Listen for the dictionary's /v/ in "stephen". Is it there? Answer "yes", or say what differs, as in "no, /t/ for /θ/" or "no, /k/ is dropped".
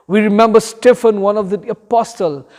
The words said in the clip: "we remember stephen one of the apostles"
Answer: no, /f/ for /v/